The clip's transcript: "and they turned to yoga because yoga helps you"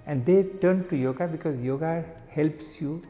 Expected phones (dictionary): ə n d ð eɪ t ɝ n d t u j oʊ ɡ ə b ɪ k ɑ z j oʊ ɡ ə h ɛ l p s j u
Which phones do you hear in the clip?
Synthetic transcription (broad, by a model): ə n d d eɪ t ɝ n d t u j oʊ ɡ ə b ɪ k ɑ z j oʊ ɡ ə h ɛ l p s j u